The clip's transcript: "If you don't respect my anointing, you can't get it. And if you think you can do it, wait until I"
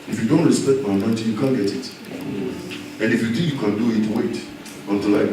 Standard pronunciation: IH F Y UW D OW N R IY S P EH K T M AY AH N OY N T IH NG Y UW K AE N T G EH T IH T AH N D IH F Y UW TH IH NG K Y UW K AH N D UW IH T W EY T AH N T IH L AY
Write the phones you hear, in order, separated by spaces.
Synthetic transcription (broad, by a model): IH F Y UW D OW N R IY S P EH K T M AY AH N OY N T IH Y UW K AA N G EH T IH T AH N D IH F Y UW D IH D Y UW K AH N D UW IH T W EY T AH N T IH L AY